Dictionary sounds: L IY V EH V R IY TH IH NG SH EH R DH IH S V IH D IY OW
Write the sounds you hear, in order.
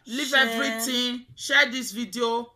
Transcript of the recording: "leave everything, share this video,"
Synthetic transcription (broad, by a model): L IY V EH V R IY T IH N SH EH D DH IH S V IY D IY OW